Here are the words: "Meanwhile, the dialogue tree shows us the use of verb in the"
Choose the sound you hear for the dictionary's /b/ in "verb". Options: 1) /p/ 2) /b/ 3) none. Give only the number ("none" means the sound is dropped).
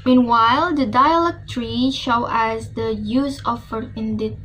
3